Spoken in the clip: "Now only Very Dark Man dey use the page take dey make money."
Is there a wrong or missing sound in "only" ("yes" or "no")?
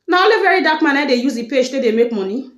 yes